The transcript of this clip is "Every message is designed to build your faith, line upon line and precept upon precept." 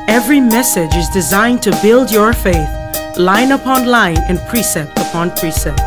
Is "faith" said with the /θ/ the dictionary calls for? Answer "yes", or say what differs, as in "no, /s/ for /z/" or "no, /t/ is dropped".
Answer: yes